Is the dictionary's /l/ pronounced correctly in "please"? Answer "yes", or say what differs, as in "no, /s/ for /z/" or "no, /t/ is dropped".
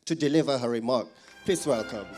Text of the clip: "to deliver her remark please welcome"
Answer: no, /l/ is dropped